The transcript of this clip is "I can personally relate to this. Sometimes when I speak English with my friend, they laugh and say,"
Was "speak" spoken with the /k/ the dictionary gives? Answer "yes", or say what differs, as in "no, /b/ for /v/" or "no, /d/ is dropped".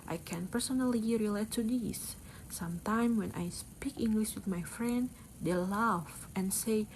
yes